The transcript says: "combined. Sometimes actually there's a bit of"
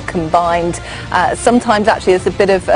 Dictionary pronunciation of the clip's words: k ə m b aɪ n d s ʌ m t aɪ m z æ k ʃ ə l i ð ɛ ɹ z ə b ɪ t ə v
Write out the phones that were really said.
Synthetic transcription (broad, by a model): k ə m b aɪ n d s ʌ m t aɪ m z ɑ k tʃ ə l i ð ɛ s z ə b ɪ t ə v